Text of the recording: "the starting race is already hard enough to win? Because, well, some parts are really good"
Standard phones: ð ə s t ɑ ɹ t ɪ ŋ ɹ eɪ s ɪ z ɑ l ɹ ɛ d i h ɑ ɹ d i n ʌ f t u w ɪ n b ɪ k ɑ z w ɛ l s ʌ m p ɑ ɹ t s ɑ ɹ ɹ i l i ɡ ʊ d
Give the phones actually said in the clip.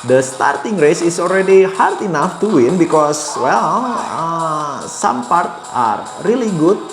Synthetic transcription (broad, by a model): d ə s t ɑ ɹ t ɪ ŋ ɹ eɪ s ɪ s ɑ l ɹ ɛ d i h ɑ ɹ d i n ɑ f t u w ɪ n b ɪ k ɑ s w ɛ l s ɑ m p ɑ ɹ t ɑ ɹ ɹ i l i ɡ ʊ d